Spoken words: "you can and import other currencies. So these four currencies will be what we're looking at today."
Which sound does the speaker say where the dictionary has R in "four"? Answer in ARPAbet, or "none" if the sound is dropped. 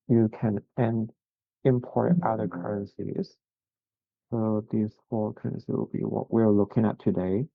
L